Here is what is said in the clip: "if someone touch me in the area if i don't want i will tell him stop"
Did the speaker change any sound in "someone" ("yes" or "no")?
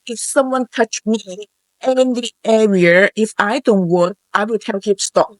no